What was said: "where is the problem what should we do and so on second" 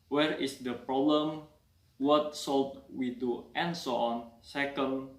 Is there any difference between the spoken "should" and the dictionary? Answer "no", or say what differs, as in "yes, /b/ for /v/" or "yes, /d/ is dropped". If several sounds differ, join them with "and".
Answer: yes, /s/ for /ʃ/